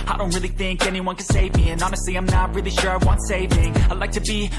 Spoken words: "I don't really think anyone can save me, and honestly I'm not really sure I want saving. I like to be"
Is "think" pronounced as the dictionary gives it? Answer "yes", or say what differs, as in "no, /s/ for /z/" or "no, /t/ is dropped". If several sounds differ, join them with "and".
yes